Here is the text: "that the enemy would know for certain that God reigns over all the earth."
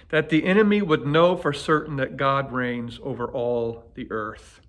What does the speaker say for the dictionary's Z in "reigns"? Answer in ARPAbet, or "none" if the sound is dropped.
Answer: Z